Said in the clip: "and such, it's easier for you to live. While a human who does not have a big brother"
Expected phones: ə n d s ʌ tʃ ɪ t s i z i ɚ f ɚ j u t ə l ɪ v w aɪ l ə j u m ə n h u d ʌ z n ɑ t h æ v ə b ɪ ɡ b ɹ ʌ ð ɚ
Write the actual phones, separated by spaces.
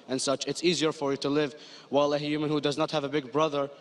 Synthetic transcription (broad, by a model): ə n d s ʌ tʃ ɪ t s i z i ɚ f ɚ j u t ə l ɪ v w aɪ l ə j u m ə n h u d ʌ z n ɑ t h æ v ə b ɪ ɡ b ɹ ʌ ð ɚ